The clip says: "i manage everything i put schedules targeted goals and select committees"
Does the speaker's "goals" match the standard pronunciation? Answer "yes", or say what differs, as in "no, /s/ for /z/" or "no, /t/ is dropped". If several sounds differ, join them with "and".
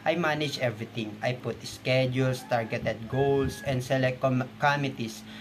no, /s/ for /z/